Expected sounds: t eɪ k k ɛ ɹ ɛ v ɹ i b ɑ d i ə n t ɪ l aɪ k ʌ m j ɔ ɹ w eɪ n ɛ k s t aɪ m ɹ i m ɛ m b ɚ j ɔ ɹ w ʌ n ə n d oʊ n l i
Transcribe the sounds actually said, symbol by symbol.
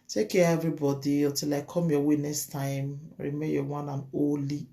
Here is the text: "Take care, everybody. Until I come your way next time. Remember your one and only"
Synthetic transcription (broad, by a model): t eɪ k k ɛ ɛ v ɹ i b ɑ d i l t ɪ l aɪ k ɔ m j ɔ w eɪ n ɛ k s t aɪ m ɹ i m m ɚ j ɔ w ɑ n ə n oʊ l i